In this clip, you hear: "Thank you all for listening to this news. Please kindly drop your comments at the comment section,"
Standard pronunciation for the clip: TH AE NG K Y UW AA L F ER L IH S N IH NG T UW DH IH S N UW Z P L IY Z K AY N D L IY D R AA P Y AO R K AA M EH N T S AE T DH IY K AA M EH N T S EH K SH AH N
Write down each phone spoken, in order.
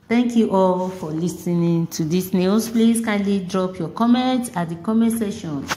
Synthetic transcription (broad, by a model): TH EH NG K Y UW AA L F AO L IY S N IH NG T UW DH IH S N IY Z P L IY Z K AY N L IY D R AA P Y AO K AA M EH N T AA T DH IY K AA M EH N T S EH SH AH N